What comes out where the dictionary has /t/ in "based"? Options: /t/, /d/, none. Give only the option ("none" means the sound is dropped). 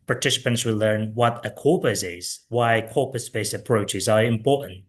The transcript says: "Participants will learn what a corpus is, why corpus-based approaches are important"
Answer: none